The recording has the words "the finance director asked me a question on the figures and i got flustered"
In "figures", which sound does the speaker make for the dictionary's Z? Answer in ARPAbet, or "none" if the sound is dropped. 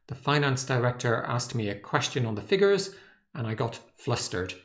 Z